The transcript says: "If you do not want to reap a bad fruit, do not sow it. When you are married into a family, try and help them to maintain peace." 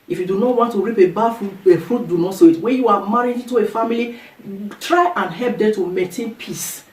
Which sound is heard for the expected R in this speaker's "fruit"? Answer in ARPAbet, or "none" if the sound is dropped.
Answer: R